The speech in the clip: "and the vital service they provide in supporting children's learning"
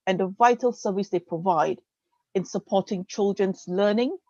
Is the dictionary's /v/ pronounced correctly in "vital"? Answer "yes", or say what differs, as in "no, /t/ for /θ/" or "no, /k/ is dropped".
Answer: yes